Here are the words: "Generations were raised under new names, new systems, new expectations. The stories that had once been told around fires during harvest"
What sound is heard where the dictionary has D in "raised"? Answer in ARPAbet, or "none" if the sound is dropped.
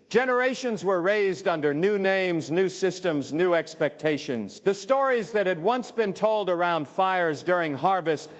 D